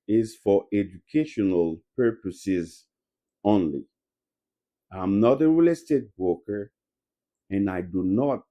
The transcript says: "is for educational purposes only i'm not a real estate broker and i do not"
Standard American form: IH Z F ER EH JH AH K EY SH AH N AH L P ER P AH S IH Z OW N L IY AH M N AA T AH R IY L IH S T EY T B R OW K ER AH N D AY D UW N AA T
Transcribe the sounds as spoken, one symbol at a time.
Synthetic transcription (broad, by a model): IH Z F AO EH JH AH K EY SH AH N AH L P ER P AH S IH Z OW N L IY AH M N AA T AH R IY L IH S T EY T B OW K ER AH N AY D UW N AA T